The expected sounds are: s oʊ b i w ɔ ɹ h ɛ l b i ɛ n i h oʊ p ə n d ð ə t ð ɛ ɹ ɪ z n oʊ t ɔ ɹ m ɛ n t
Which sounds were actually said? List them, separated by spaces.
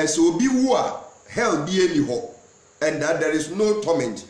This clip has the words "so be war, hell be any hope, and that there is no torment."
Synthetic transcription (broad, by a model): s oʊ b i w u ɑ h ɛ l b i ɛ n i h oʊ ə n d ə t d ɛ ɹ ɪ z n oʊ t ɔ m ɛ n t